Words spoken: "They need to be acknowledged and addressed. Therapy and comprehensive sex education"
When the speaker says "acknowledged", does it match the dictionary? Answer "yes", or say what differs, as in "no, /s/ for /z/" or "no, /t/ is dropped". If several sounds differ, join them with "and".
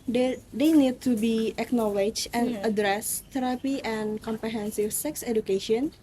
no, /d/ is dropped